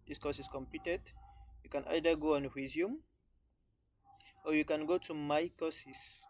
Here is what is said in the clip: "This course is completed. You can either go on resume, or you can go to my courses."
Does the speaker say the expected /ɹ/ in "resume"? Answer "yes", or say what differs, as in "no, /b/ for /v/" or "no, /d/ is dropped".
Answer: no, /w/ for /ɹ/